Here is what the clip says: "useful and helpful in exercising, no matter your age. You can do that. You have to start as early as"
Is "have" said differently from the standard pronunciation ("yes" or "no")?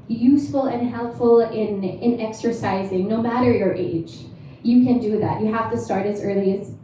yes